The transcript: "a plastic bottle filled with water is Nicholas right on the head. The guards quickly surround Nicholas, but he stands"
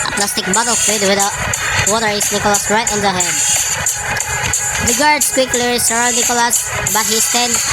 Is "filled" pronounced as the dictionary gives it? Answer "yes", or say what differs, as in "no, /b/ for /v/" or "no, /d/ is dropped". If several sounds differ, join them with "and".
no, /l/ is dropped